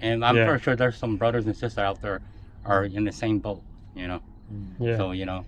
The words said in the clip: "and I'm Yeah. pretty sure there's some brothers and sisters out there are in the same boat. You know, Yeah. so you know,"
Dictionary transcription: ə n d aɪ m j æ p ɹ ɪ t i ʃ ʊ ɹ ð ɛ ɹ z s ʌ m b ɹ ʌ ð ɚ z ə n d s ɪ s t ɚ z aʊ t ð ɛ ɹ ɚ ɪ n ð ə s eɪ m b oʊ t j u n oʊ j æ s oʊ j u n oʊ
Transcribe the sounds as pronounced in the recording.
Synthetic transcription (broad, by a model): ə n aɪ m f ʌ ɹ ʃ ʊ ɹ ð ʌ ɹ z s ʌ m b ɹ ʌ ð ɚ z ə n s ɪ s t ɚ aʊ t ð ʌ ɹ ɚ ɪ n ð ə s eɪ m b oʊ t j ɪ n oʊ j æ s oʊ j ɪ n oʊ